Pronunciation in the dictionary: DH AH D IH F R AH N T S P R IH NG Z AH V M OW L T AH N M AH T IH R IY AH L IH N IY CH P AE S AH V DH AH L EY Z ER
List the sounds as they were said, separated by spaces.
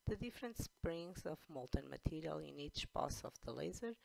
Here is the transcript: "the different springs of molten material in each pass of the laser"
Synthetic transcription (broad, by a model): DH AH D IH F R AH N T S P R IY NG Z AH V M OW L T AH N M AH T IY R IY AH L IH N IY CH B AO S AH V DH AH L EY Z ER